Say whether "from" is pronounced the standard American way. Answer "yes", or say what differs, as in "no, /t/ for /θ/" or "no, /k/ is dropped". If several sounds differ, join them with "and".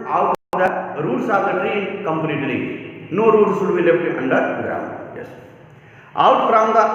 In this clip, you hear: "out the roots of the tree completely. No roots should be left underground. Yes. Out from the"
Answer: no, /p/ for /f/